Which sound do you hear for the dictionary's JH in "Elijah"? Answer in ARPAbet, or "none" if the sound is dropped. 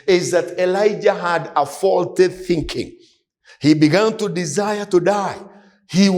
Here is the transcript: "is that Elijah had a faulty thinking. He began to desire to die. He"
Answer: JH